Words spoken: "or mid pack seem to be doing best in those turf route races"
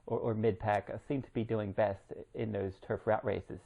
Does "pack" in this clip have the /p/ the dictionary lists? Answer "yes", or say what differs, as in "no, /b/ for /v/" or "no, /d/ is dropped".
yes